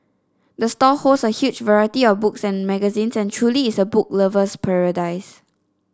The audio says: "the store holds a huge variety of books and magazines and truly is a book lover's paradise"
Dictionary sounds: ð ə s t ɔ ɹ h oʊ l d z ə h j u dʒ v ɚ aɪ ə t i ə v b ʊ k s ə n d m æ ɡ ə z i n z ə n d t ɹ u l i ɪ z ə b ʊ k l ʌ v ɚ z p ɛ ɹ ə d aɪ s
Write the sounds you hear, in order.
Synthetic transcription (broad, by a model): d ə s t ɔ h oʊ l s ə h j u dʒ v ɚ aɪ ə t i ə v b ʊ k s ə n m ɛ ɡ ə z i n s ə n t ɹ u l i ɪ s ə b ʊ k l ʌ v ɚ s p ɛ ɹ ə d aɪ s